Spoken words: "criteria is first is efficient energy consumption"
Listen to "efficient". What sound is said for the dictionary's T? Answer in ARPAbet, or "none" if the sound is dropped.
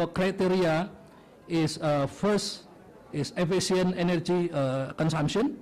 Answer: none